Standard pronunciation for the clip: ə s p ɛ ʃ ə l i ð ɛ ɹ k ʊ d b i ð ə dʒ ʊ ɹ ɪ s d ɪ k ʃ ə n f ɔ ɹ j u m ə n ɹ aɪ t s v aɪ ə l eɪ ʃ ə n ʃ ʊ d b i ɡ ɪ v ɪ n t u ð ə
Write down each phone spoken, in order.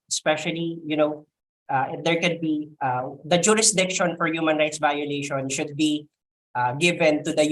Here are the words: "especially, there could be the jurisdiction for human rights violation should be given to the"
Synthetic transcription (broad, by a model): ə s p ɛ ʃ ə l i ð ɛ ɹ k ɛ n b i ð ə dʒ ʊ ɹ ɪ s d ɪ k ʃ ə n f ɔ ɹ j u m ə n ɹ aɪ t s v aɪ ə l eɪ ʃ ə n ʃ ʊ d b i ɡ ɪ v ɪ n t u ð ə